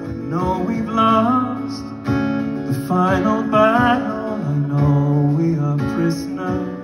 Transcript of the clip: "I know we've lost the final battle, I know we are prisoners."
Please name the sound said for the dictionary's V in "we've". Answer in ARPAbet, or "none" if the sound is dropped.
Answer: B